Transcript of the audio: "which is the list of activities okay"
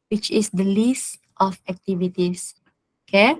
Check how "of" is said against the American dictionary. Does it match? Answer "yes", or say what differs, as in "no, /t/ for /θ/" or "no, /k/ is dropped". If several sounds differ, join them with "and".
no, /f/ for /v/